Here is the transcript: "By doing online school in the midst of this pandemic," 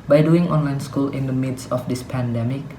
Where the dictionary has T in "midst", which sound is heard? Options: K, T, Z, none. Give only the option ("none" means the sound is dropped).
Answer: none